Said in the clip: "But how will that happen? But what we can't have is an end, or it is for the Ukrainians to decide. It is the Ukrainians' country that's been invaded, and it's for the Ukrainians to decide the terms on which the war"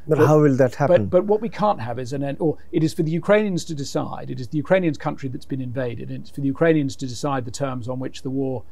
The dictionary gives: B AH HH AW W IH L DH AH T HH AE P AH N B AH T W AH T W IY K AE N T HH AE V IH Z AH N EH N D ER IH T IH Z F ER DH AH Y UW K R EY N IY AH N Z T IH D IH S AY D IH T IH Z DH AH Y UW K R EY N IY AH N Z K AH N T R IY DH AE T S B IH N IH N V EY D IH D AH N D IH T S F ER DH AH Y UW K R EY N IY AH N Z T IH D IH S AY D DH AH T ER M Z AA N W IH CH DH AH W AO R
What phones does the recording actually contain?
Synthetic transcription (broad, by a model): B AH HH AW W IH L DH AH T HH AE B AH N B AH T W AH T W IY K AE N T HH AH V IH Z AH N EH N ER IH T IH Z F ER DH AH Y UW K R EY N IY AH N Z T IH D IH S AY D IH T IH Z DH AH Y UW K R EY N IY AH N Z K AH N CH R IY DH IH T S B IH N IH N V EY D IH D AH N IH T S F ER DH AH Y UW K R EY N IY AH N Z T IH D IH S AY D DH AH T ER M Z N W IH CH DH AH W AO R